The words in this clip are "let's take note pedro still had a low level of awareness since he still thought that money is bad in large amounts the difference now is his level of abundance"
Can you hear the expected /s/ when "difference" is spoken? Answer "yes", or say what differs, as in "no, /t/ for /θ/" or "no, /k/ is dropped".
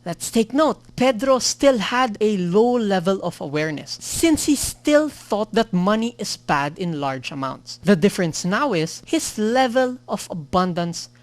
yes